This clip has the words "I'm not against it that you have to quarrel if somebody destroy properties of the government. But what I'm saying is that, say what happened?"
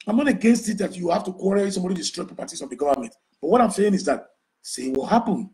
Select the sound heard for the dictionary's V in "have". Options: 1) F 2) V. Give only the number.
1